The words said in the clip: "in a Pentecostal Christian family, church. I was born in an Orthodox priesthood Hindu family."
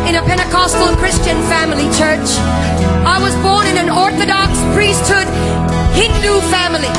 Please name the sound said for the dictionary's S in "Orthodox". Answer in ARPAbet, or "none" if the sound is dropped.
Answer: S